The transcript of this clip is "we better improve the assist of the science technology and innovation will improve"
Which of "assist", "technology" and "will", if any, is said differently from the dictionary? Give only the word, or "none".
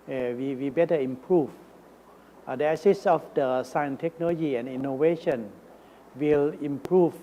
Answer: assist